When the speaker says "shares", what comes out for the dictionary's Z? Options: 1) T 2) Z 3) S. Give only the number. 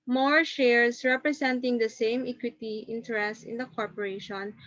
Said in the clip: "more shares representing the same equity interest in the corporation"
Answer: 3